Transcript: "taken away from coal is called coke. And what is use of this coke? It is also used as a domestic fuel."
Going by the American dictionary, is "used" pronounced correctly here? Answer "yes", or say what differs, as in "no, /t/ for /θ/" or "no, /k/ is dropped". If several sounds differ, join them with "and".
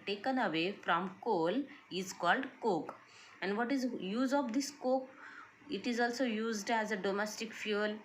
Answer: yes